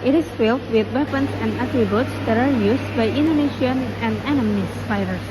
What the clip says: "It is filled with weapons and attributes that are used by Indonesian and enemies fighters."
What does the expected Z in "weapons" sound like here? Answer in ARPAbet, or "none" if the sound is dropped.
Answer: S